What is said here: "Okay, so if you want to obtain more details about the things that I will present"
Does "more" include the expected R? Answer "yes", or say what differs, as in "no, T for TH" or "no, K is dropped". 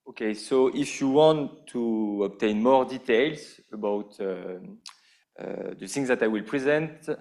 yes